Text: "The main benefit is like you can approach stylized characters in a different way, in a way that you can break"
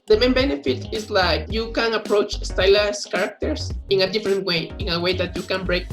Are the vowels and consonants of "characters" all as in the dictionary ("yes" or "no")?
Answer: no